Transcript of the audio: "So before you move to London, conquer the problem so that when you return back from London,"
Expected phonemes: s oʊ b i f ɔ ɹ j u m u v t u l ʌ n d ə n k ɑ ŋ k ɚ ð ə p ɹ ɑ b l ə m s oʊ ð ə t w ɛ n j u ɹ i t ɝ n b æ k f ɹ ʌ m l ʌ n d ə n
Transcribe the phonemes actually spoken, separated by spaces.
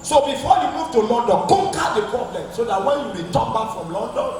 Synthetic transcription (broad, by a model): s oʊ b i f ɔ j u m u v t u l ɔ n d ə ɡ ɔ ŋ k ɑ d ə p ɹ ɑ b l ə m s oʊ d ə t w ɛ n j u w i t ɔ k b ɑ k f ɹ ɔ m l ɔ n d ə n